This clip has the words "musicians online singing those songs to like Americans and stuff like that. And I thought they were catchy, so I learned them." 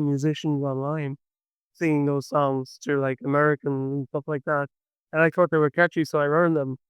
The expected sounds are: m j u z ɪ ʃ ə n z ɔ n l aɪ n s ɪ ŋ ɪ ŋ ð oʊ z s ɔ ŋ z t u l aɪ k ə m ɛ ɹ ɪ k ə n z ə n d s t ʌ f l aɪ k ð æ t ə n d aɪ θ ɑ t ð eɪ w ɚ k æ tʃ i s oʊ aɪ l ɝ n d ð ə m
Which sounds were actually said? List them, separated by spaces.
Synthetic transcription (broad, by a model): m j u z ɪ ʃ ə n z ɔ n l aɪ n s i ɪ ŋ ð oʊ z s ɔ ŋ z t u l aɪ k ə m ɛ ɹ ɪ k ə n z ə n s t ʌ f l aɪ k ð æ t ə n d aɪ θ ɑ t ð eɪ w ɚ k æ tʃ i s oʊ aɪ ɝ n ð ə m